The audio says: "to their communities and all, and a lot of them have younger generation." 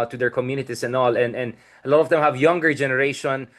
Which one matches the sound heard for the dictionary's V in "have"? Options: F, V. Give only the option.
V